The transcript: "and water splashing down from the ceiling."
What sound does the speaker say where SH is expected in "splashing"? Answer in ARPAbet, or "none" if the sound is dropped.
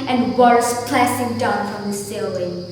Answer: S